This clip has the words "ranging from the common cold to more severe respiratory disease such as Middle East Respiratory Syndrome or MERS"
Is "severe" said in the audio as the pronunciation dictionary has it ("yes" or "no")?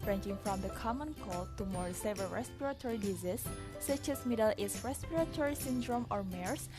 no